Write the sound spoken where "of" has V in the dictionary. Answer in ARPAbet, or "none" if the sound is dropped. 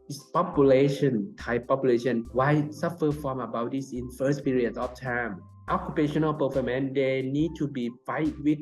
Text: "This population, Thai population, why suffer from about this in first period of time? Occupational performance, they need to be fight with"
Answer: F